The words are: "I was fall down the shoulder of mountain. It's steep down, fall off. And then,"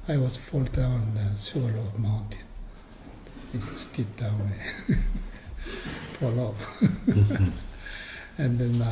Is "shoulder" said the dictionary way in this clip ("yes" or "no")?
no